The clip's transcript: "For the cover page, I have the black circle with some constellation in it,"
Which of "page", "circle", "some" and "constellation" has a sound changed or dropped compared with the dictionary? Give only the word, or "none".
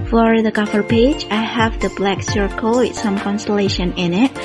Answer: none